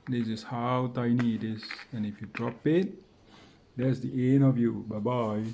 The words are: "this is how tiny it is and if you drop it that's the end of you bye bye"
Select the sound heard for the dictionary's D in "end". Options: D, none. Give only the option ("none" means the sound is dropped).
none